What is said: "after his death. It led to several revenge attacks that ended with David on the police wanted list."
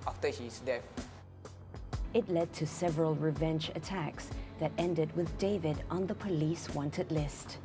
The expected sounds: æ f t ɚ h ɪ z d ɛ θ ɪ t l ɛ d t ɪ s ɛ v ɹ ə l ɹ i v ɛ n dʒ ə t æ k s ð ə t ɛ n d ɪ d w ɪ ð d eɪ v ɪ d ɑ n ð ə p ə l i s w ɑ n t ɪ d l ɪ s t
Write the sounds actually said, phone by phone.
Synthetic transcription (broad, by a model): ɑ f t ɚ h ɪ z d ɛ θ ɪ t l ɛ d t ɪ s ɛ v ɹ ə l ɹ i v ɛ n dʒ ə t æ k s ð ə t ɛ n d ɪ d w ɪ ð d eɪ v ɪ d n ð ə p ə l i s w ɑ n t ɪ d l ɪ s t